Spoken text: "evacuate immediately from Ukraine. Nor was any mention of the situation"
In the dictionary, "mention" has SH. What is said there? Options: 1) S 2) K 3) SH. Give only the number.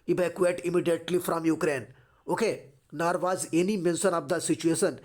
1